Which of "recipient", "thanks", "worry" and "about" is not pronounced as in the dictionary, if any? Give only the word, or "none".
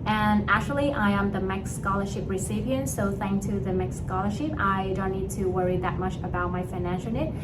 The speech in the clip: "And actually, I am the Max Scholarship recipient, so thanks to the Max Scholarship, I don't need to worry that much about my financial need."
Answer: thanks